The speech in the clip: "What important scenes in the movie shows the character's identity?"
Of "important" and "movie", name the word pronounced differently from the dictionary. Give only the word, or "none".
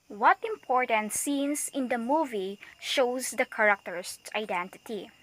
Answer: none